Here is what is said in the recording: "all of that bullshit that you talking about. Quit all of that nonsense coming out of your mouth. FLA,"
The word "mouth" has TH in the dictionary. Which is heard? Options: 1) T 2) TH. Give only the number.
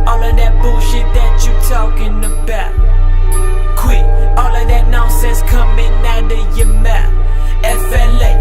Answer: 1